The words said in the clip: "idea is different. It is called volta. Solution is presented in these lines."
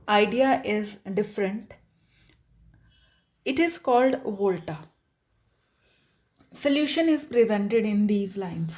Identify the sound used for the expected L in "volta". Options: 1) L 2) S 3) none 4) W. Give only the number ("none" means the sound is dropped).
1